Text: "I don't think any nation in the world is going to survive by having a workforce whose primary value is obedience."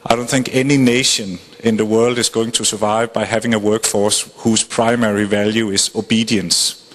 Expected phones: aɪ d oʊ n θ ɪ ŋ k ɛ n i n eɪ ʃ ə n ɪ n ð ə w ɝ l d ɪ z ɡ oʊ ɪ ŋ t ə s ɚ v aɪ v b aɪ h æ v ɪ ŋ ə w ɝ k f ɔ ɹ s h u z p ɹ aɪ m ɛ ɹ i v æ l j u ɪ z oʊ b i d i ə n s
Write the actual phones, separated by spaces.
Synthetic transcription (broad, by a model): aɪ d oʊ n θ ɪ ŋ k ɛ n i n eɪ ʃ ə n ɪ n ð ə w ɝ l d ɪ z ɡ oʊ ɪ ŋ t ə s ɚ v aɪ v b aɪ h æ v ɪ ŋ ə w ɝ k f ɔ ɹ s h u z p ɹ aɪ m ɛ ɹ i v æ l j u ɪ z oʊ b i d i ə n s